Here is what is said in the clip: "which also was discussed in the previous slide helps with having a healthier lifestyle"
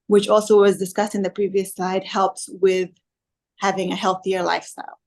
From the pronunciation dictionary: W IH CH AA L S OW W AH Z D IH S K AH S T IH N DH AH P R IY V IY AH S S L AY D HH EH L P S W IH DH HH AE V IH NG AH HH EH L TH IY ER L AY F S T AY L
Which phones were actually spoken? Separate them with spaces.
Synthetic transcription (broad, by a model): W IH CH AA L S OW W AH Z D IH S K AH S T IH N DH AH P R IY V IY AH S S AY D HH EH L P S W IH DH HH AE V IH NG AH HH EH L TH IY ER L AY F S T AY L